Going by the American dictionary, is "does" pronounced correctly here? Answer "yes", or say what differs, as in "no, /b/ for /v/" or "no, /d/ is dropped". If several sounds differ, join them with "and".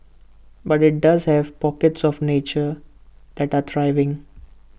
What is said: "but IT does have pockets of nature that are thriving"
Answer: yes